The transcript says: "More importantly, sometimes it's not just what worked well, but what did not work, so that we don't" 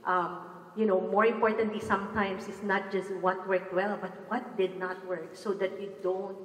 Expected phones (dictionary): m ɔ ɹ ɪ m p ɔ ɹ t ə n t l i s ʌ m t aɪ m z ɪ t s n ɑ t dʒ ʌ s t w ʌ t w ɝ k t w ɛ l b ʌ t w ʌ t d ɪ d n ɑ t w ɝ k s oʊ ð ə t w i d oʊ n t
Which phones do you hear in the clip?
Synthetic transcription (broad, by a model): m ɔ ɹ ɪ m p ɔ ɹ t ə n t l i s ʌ m t aɪ m s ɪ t s n ɑ t dʒ ʌ s t w ʌ t w ɝ k t w ɛ l b ʌ t w ʌ t d ɪ d n ɑ t w ɝ k s oʊ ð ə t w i d oʊ n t